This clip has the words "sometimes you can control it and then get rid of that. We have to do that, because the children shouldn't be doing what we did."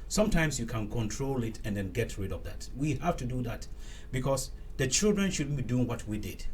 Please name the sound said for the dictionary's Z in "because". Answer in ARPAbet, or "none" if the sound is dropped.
S